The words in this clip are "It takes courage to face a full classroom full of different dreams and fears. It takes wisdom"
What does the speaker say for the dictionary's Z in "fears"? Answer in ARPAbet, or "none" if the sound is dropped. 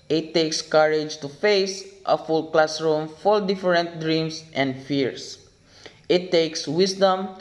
S